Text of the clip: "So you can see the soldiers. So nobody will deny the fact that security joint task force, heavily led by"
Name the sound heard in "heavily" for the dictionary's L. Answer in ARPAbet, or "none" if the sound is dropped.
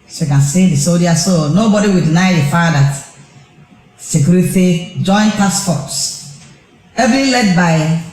none